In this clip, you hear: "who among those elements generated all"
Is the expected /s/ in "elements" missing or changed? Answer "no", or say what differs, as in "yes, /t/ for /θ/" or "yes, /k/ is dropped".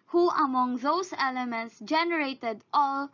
no